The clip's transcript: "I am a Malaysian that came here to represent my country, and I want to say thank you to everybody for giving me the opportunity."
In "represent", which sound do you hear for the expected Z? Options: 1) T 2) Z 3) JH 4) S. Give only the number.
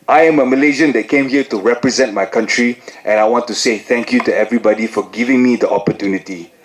2